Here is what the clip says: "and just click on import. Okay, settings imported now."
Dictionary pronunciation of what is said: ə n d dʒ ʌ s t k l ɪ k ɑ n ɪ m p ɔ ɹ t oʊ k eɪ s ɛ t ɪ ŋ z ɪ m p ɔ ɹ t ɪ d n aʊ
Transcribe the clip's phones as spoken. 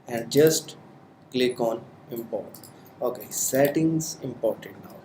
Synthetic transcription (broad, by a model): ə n d dʒ ʌ s t k l ɪ k ɑ n ɪ m p ɔ ɹ t oʊ k eɪ s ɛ t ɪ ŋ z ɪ m p ɔ ɹ t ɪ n n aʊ